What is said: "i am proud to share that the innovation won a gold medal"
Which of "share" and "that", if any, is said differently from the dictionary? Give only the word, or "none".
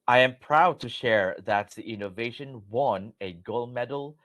none